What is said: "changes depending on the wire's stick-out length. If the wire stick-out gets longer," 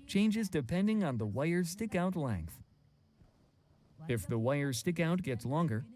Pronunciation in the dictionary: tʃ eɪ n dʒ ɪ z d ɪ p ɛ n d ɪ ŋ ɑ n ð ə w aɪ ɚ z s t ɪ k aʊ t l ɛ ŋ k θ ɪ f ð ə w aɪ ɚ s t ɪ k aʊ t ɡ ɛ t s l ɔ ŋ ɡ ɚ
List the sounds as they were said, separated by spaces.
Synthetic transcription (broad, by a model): tʃ eɪ n dʒ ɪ z d ɪ p ɛ n d ɪ ŋ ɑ n ð ə w aɪ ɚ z s t ɪ k aʊ t l ɛ ŋ k θ ɪ f ð ə w aɪ ɚ s t ɪ k aʊ t ɡ ɛ t s l ɔ ŋ ɡ ɚ